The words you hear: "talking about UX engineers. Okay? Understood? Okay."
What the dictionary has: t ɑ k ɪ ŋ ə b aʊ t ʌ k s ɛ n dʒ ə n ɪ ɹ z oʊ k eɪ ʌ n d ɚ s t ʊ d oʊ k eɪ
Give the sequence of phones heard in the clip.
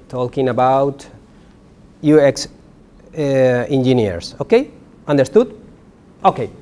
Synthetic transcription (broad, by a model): t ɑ k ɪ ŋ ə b aʊ t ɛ k s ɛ n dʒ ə n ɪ ɹ s oʊ k eɪ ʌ n d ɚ s t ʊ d oʊ k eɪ